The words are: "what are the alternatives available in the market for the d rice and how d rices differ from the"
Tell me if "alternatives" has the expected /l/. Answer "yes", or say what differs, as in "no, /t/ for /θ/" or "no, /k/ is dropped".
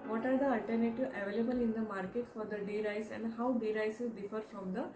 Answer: no, /l/ is dropped